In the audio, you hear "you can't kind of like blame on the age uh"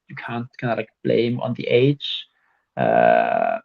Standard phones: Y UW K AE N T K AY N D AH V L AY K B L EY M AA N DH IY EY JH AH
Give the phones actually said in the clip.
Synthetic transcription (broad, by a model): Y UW K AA N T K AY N AH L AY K B L EY M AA N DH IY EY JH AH